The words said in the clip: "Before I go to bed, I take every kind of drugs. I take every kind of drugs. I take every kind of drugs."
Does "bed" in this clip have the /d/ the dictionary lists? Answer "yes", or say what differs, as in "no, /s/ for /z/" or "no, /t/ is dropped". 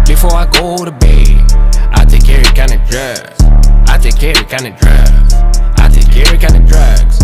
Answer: no, /d/ is dropped